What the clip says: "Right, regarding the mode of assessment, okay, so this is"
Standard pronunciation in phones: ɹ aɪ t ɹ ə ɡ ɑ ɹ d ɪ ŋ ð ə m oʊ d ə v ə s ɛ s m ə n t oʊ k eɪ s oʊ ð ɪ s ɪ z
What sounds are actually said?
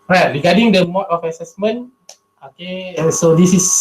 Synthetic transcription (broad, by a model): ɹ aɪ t ɹ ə ɡ ɑ d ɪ ŋ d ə m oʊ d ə f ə s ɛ s m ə n oʊ k eɪ s oʊ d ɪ s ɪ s